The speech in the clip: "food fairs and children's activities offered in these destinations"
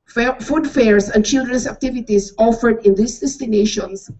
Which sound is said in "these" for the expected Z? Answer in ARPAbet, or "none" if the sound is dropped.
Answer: S